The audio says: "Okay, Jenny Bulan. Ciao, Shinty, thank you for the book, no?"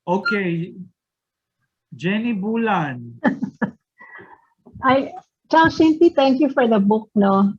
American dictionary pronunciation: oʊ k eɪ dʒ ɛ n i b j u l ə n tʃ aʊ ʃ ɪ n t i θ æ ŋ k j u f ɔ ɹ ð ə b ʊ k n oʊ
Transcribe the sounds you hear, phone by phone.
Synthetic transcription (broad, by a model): oʊ k eɪ dʒ ɛ n i b u l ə n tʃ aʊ s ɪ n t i t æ ŋ k j u f ɔ ɹ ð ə b ʊ k n oʊ